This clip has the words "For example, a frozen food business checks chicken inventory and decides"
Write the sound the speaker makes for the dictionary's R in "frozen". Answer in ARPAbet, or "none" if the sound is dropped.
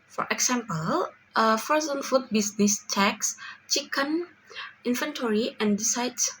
none